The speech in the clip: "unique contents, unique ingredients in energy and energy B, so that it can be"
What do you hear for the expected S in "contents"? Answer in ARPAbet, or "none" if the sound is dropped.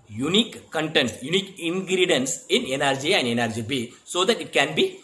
none